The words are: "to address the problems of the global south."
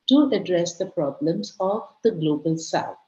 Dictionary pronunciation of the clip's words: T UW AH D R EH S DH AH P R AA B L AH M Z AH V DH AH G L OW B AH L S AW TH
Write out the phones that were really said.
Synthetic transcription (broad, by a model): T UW AH D R EH S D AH P R AA B L AH M Z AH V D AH G L OW B AH L S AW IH